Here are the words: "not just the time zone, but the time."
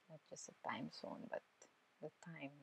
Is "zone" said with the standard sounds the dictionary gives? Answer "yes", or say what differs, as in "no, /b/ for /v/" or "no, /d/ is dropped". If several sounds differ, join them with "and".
no, /s/ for /z/